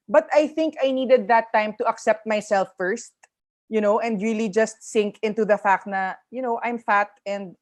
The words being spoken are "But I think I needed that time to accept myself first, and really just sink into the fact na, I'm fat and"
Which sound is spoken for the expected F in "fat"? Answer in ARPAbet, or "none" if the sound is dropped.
F